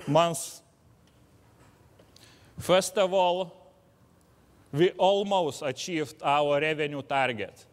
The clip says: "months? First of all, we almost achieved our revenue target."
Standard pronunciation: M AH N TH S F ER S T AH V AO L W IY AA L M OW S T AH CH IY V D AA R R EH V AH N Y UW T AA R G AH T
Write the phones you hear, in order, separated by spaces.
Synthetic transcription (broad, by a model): M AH N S F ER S T AH V AO L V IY AA L M OW S T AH SH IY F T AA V R EH V AH N Y UW T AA R G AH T